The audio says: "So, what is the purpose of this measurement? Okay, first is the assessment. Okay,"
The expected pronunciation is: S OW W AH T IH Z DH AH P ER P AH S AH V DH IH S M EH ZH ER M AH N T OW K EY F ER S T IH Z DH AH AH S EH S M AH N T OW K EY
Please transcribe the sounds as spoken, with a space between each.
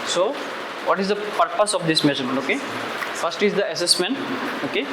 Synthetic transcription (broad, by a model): S OW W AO T IH Z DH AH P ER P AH S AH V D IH S M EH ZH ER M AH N OW K EY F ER S T IH Z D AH AH S EH S M AH N T OW K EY